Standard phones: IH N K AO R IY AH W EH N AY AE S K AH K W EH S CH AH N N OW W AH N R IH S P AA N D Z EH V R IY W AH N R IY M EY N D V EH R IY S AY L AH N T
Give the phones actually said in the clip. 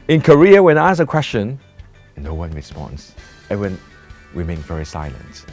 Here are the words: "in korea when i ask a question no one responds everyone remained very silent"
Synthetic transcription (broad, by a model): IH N K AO R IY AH W EH N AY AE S AH K W EH S CH AH N N OW W AH N R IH S P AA N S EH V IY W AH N W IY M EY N V EH R IY S AY L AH N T